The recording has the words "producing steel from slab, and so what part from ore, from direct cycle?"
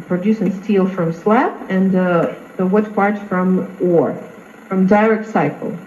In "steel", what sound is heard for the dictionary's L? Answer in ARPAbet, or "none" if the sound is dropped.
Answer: L